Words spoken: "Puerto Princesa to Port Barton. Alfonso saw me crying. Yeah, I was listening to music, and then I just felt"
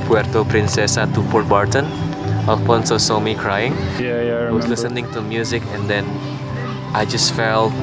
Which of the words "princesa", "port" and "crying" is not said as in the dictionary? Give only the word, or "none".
none